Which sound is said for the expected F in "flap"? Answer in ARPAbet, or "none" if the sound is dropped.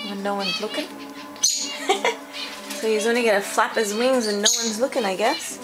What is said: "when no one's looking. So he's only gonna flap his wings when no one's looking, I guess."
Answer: F